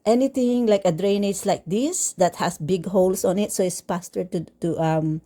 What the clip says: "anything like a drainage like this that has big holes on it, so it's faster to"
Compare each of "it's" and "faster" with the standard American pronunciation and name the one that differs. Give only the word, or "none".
faster